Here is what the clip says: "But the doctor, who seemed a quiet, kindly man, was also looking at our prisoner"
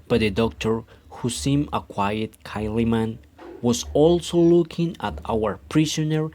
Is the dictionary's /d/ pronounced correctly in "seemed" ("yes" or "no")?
no